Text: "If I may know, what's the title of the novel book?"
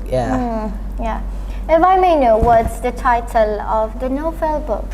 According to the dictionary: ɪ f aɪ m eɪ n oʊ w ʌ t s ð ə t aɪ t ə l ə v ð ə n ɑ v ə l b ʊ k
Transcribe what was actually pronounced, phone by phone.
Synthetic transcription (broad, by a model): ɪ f aɪ m eɪ n oʊ w ʌ t s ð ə t aɪ t ə l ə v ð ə n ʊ f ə l b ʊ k